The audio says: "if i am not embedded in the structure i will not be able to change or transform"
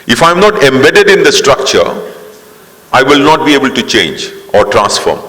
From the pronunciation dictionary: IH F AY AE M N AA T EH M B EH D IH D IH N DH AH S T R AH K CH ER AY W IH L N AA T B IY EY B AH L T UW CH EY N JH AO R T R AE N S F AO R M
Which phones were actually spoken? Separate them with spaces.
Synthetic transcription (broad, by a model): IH F AY M N AA T EH M B EH D IH D IH N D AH S T R AH K CH ER AY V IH L N AA T B IY EY B AH L T UW CH EY N JH AO R T R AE N S F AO R M